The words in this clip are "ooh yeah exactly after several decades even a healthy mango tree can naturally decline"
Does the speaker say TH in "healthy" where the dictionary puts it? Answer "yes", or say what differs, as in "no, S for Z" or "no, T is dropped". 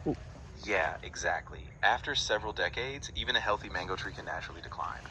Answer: yes